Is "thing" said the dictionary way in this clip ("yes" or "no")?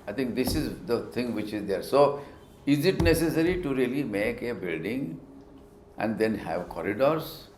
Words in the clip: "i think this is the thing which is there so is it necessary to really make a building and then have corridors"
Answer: no